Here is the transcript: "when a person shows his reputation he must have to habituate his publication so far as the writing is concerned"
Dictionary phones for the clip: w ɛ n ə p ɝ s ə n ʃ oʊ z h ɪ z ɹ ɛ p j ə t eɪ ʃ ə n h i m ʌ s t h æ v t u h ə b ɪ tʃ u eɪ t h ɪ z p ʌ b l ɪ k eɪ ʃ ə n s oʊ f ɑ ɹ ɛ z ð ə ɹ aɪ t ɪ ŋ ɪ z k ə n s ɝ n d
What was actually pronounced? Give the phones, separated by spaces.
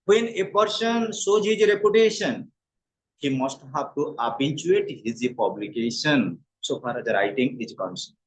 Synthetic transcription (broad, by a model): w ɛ n ə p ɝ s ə n s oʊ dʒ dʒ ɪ ɹ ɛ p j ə t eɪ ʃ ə n h i m ʌ s t h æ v t u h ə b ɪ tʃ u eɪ t h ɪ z p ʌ b l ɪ k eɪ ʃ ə n s oʊ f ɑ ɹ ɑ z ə ɹ aɪ t ɪ ŋ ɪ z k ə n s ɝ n